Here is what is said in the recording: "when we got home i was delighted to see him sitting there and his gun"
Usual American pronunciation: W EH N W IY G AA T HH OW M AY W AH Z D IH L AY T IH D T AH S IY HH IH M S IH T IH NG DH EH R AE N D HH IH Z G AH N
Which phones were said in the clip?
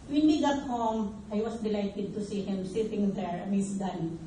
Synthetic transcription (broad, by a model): W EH N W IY G AA T HH OW M AY W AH S D IH L AY T IH D T AH S IY HH IH M S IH T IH NG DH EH R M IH S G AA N